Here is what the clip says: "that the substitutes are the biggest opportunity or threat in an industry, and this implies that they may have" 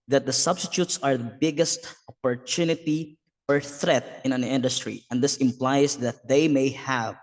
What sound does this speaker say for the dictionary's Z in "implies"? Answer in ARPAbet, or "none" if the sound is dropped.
S